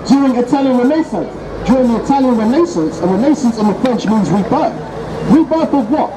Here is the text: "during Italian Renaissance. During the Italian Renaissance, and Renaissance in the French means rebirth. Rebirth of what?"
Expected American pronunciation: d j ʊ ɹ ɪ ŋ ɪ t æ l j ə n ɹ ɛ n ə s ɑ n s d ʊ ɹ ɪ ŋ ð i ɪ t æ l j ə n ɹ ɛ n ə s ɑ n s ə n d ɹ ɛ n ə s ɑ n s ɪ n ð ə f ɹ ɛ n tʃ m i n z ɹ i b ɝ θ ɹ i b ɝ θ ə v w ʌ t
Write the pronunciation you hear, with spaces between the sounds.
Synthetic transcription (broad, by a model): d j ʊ ɹ ɪ ŋ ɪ t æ l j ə n ɹ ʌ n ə s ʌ n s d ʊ ɹ ɪ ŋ ð i ɪ t æ l j ə n ɹ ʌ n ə s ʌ n s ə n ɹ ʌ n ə s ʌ n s ɪ n ð ə f ɹ ɛ n tʃ m i n z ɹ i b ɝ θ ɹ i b ɝ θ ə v w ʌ t